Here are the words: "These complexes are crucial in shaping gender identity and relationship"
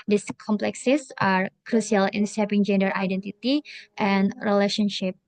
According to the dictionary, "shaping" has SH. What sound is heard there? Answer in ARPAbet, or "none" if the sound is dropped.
S